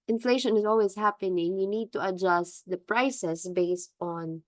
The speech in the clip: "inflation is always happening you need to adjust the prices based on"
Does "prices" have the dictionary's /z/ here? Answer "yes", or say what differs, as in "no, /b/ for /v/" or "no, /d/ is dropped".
no, /s/ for /z/